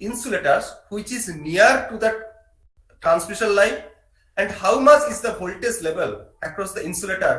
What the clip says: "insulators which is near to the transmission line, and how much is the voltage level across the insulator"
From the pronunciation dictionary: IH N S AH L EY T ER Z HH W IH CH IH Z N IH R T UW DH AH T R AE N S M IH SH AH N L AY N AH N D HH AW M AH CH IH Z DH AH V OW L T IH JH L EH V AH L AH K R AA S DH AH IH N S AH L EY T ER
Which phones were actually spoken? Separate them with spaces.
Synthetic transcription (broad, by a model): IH N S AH L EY T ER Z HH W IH CH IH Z N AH R T UW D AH T R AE N S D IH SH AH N L AY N AH N D HH AW M AH CH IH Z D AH B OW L T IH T L EH V AH L AH K R AA S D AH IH N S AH L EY T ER